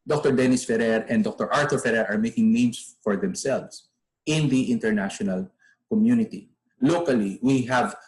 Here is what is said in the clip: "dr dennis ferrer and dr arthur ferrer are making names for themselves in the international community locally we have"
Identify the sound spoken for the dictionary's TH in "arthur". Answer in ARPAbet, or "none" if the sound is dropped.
T